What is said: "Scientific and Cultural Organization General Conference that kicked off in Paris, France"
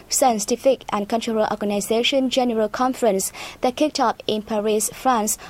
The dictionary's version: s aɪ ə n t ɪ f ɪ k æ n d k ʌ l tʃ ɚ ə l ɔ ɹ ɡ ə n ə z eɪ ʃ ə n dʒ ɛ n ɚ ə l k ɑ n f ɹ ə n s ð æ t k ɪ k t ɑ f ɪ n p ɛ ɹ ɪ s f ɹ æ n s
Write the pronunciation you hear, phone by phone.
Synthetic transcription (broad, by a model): s aɪ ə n t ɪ f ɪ k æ n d k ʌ n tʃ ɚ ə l ɔ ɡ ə n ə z eɪ ʃ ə n dʒ ɛ n ɚ ə l k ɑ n f ɹ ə n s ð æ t k ɪ k t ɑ p ɪ n p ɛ ɹ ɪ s f ɹ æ n s